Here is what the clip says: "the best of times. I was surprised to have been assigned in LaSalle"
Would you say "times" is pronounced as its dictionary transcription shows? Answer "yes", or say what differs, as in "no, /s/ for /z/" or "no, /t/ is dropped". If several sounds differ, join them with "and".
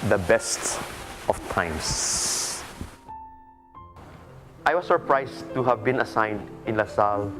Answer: no, /s/ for /z/